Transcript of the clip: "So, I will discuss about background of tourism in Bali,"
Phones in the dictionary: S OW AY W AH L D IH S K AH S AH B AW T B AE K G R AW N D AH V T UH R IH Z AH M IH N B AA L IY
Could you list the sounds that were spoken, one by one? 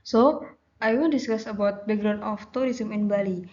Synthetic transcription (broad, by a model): S OW AY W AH N D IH S K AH S AH B AW T B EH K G R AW N AH F T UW R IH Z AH M IH N B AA L IY